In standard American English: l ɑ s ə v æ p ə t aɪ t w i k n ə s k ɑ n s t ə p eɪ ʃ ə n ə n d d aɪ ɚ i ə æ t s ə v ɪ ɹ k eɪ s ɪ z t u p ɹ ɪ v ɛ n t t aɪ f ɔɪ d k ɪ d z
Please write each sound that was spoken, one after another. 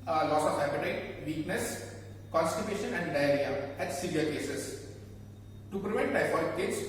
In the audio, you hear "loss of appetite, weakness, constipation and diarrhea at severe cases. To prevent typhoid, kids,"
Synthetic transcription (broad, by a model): l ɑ s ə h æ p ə t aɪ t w i k n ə s k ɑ n s t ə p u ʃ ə n ə n d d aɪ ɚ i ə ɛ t s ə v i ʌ k eɪ s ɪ s t u p ɹ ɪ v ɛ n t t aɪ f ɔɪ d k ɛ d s